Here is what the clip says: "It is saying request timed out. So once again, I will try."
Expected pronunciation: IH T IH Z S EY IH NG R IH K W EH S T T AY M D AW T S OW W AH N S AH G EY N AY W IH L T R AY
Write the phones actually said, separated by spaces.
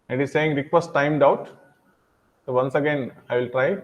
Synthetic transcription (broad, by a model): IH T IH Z S EY IH NG R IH K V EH S T T AY M D AW T S OW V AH N S AH G EY N AY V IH L T R AY